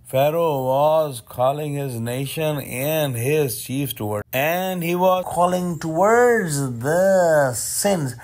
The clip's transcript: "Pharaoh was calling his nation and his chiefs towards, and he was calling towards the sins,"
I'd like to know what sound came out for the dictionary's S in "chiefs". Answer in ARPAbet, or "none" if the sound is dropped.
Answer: none